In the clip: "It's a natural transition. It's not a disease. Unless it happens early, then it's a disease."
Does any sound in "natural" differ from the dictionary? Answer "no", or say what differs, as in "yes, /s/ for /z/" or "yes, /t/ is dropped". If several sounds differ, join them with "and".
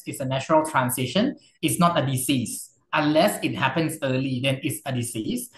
yes, /ʃ/ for /tʃ/